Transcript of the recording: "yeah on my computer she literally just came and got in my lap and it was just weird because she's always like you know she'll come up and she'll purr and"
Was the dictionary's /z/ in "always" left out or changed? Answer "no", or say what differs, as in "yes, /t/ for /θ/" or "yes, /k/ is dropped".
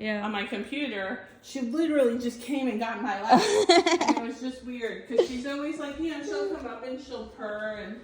no